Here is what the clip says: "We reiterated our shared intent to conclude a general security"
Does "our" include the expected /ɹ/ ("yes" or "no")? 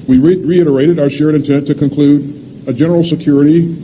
yes